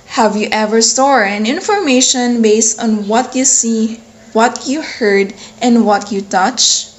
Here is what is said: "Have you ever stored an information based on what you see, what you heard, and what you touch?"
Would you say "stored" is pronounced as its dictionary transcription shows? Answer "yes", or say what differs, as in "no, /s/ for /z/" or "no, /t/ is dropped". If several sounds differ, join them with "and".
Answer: no, /d/ is dropped